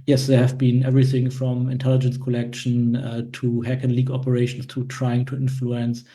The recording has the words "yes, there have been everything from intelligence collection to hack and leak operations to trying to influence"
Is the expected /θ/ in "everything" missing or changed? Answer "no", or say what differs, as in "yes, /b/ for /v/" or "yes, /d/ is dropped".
no